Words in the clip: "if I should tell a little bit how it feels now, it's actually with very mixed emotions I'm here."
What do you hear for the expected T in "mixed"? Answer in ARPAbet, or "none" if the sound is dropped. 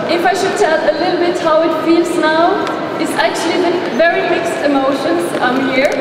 T